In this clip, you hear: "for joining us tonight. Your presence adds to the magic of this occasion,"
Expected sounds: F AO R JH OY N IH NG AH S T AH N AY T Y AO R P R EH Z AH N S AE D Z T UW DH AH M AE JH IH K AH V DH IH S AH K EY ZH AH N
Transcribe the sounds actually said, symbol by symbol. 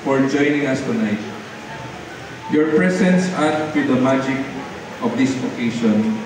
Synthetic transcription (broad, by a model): F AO R JH OY N IH NG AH S T AH N AY T Y AO R P R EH S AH N S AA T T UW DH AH M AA JH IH K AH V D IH S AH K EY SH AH N